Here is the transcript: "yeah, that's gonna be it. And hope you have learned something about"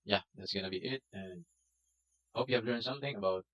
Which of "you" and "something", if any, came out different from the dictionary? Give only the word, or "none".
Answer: none